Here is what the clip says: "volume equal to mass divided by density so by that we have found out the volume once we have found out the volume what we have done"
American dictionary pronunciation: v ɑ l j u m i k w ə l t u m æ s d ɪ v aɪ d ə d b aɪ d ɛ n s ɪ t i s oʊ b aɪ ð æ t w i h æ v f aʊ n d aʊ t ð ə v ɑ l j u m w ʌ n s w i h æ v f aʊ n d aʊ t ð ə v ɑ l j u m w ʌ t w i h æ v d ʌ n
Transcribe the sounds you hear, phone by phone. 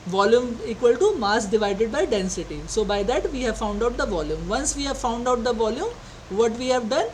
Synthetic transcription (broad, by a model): v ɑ l j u m i k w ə l t u m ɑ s d ɪ v aɪ d ə d b aɪ d ɛ n s ɪ t i s oʊ b aɪ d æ t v i h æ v f aʊ n d aʊ t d ə v ɑ l j u m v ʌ n s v i h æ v f aʊ n d aʊ t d ə v ɑ l j u m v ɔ t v i h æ v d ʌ n